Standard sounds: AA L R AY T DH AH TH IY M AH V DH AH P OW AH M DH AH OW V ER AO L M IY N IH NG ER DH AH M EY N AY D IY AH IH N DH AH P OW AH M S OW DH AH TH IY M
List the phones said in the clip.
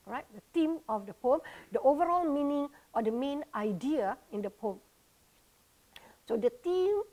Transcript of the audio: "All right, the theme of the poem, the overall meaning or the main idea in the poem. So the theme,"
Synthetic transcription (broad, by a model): R AY T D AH T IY M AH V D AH P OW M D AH OW V ER AO L M IY N IH NG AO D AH M EY N AY D IY AH IH N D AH P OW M S OW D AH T IY M